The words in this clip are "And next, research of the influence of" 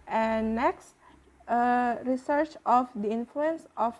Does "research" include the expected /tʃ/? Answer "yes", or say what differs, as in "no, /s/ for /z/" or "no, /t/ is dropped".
yes